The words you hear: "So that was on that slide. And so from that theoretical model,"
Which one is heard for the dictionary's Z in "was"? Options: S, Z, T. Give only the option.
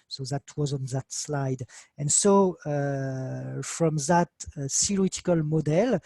Z